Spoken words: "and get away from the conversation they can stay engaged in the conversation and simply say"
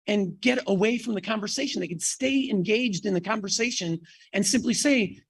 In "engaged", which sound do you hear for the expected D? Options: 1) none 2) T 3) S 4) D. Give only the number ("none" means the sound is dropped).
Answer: 4